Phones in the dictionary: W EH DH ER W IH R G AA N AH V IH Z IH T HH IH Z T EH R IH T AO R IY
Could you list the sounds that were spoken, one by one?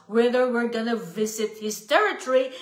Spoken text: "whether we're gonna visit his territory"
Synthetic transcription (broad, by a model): W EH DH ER W IH R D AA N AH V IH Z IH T HH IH S T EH R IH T R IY